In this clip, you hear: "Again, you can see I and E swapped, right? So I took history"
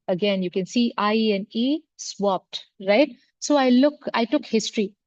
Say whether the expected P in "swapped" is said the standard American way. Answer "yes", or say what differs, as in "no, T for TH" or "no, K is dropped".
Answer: yes